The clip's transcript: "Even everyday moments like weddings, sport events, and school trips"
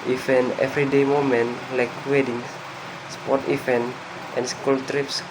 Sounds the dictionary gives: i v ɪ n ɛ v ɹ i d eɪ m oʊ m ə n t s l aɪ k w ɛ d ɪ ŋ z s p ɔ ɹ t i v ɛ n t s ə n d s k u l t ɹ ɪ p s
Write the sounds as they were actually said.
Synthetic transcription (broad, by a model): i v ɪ n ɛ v ɹ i d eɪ m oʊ m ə n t l aɪ k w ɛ d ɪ ŋ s s p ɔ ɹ t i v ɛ n t ə n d s k u l t ɹ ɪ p s